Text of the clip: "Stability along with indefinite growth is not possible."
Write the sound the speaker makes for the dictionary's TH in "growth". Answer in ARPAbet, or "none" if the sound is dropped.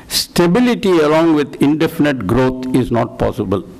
T